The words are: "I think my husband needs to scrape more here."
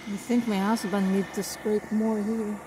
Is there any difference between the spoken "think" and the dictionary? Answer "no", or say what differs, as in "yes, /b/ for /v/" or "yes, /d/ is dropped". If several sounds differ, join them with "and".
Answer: no